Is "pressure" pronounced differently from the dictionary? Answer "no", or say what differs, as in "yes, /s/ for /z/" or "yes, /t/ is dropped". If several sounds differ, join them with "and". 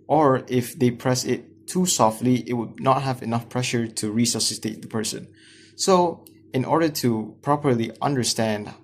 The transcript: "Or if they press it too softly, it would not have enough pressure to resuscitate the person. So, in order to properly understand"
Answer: no